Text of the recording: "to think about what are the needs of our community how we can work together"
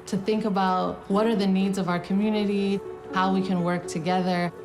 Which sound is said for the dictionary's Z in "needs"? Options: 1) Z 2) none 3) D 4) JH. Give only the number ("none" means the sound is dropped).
1